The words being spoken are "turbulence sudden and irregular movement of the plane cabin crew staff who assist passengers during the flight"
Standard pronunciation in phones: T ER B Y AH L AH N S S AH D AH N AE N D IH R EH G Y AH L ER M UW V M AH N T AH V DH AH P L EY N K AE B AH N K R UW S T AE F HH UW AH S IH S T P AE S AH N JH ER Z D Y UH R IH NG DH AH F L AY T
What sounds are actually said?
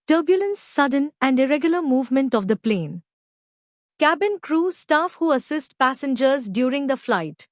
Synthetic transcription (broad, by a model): T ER B Y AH L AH N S S AH D AH N AE N D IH R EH G Y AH L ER M UW V M AH N T AH V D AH P L EY N K AE B AH N K R UW S T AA F HH UW AH S IH S T P AE S AH N JH ER Z D Y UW R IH NG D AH F L AY T